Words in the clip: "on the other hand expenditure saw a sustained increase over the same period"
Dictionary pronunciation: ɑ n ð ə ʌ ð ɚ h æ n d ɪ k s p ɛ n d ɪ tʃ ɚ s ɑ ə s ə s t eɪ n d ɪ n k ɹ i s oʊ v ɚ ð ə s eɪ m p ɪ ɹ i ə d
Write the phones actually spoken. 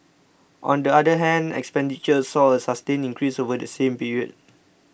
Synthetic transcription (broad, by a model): ɑ n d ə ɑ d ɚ h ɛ n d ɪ k s p ɛ n d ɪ tʃ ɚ s ɑ ə s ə s t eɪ n ɪ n k ɹ i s oʊ v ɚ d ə s eɪ m p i ɹ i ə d